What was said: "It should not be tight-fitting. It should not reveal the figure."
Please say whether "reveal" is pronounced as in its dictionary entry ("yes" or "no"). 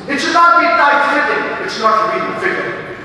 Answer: no